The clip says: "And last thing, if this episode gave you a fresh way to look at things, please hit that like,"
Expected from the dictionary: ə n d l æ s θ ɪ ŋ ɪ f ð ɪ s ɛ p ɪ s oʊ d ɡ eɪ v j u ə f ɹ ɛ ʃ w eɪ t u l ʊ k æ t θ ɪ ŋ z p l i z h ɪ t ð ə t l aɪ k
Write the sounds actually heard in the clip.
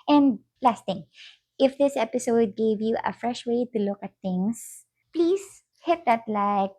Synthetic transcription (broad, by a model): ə n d l æ s t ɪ ŋ ɪ f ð ɪ s ɛ p ɪ s oʊ d ɡ eɪ v j u ə f ɹ ɛ ʃ w eɪ t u l ʊ k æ t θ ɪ ŋ s p l i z h ɪ t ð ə t l aɪ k